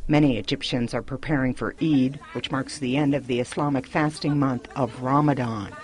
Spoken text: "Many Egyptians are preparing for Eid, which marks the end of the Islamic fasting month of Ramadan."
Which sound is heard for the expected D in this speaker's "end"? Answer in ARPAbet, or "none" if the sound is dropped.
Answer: D